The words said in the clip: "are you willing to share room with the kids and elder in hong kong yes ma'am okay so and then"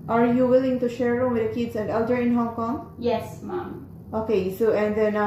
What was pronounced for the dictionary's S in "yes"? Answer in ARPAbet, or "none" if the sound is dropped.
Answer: S